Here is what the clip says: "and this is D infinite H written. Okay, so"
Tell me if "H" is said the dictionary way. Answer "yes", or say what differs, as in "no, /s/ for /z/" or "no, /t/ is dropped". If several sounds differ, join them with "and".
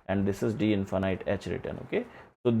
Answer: yes